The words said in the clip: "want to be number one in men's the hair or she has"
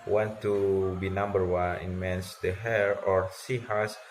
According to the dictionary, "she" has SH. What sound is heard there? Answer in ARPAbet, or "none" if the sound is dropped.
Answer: S